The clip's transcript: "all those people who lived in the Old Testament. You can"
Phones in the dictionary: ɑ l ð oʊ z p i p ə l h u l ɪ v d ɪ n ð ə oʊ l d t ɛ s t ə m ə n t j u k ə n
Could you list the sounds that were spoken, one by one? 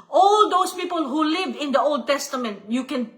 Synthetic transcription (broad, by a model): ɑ l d oʊ s p i p ə l h u l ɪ v ɪ n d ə oʊ l d t ɛ s t ə m ə n t j u k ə n